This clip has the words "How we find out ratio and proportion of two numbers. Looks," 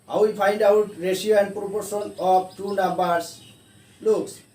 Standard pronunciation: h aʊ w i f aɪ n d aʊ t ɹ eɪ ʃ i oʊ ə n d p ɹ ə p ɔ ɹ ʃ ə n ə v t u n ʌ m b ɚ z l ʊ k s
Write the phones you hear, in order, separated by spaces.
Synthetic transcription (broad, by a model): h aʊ w i p aɪ n d aʊ t ɹ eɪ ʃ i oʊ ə n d p ɹ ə p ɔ ɹ s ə n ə b t u n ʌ m b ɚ s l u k s